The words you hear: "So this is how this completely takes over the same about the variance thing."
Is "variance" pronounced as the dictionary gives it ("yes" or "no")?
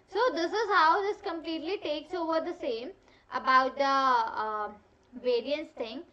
yes